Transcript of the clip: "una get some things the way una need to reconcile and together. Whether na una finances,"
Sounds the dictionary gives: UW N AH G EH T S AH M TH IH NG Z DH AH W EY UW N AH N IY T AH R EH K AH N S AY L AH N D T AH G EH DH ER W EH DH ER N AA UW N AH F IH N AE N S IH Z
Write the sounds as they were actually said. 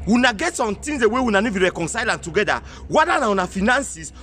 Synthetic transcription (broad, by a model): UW N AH G EH T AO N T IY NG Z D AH W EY UW N AH N IY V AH R EH K AH N S AY L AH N T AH G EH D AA W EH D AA N AA UW N AH F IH N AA N S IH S